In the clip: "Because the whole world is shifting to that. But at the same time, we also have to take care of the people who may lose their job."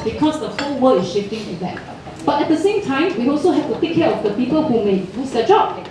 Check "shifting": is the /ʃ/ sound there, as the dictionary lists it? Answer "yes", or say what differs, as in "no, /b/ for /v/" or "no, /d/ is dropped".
yes